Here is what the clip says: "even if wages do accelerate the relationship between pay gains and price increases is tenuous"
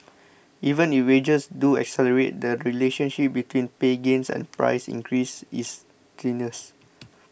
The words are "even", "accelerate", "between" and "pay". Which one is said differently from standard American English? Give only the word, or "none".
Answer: none